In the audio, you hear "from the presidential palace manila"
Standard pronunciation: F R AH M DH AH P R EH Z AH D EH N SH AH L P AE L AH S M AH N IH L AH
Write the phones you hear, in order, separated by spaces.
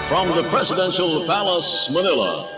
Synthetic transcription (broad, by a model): F R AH M DH AH P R EH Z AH D EH N SH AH L P AE L AH S M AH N IH L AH